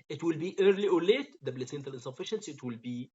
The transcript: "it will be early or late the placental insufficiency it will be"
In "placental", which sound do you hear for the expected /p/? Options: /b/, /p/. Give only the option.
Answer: /b/